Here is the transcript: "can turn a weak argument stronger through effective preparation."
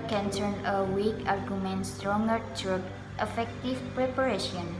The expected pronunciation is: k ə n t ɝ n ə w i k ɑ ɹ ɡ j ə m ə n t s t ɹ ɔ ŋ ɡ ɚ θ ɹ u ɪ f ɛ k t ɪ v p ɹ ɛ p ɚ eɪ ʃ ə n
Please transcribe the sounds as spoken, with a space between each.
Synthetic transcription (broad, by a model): k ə n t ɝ n ə w i k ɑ ɹ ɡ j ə m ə n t s t ɹ ɔ ŋ ɡ ɚ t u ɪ f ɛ k t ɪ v p ɹ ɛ p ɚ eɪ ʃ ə n